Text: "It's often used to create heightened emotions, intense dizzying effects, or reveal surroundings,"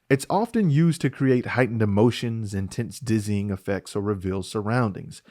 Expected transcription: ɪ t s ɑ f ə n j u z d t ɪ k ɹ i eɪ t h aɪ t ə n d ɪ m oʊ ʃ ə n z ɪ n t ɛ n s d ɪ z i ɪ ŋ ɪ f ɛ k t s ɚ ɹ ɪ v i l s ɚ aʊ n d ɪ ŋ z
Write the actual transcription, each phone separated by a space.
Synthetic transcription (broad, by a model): ɪ t s ɑ f ə n j u z t ɪ k ɹ i eɪ t h aɪ t n d ɪ m oʊ ʃ ə n z ɪ n t ɛ n s d ɪ z i ɪ ŋ ɪ f ɛ k t s ɚ ɹ ɪ v i l s ɚ aʊ n d ɪ ŋ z